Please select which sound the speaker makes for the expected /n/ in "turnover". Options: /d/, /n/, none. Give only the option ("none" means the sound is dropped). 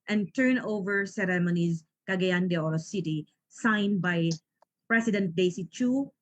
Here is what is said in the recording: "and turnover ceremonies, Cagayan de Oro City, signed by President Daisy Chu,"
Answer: /n/